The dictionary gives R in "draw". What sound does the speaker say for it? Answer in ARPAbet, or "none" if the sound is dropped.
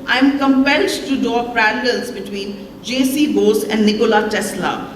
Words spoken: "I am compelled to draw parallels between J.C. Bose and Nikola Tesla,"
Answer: none